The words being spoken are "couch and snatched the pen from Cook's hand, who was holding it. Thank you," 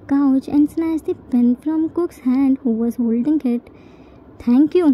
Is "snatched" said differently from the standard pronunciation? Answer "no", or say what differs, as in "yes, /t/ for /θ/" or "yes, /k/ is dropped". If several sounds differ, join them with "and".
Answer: yes, /s/ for /tʃ/